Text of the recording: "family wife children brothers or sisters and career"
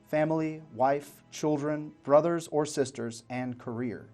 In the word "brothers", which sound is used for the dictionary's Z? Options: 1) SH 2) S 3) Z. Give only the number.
3